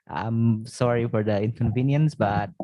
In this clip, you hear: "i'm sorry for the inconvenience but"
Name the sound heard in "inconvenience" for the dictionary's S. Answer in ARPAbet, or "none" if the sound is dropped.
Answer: S